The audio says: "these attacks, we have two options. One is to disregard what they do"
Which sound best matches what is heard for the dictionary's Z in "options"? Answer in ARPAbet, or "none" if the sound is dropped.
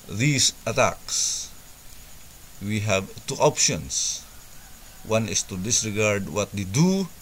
S